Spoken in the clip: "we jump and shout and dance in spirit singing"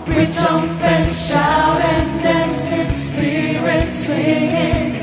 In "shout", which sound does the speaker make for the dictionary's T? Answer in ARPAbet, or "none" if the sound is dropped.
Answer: none